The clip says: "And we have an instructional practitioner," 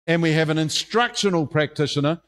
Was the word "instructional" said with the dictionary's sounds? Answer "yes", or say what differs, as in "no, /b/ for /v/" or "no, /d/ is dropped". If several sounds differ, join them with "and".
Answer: yes